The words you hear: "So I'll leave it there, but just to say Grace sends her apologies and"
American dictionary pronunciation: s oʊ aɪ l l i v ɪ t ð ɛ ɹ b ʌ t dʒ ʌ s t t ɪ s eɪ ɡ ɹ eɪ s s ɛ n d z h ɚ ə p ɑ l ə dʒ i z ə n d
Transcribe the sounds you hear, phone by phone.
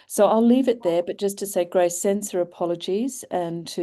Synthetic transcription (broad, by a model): s oʊ aɪ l l i v ɪ t ð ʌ ɹ b ʌ t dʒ ʌ s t t ɪ s eɪ ɡ ɹ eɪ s s ɛ n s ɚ ə p ɑ l ə dʒ i z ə n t